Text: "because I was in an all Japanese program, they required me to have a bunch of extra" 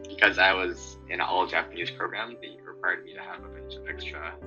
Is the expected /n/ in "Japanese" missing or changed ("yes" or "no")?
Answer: no